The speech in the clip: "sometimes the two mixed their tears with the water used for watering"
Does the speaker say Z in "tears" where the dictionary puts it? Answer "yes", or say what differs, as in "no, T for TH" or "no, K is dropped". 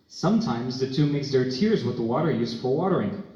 yes